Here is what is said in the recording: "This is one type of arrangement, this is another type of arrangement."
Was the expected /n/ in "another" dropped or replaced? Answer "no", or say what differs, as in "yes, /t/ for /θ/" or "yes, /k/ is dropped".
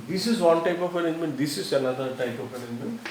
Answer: yes, /l/ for /n/